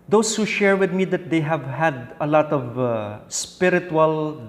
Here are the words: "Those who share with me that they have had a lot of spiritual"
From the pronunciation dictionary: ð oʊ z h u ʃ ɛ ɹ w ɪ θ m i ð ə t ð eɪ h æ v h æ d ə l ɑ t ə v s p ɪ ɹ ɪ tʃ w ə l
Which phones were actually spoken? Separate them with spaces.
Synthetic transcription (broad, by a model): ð oʊ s h u ʃ ɛ ɹ w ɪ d m i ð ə t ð eɪ h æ v h æ d ə l ɑ t ə v s p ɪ ɹ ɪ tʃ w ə l